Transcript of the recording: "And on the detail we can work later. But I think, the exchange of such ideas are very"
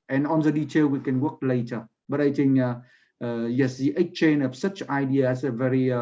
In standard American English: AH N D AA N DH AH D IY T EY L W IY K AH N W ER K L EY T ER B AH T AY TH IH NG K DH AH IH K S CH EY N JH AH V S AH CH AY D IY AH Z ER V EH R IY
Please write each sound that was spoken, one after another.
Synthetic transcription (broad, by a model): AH N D AA N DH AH D IY T EY L W IY K AH N W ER K L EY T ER B AH T AY T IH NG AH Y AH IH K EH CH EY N AH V S AH CH AY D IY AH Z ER V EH R IY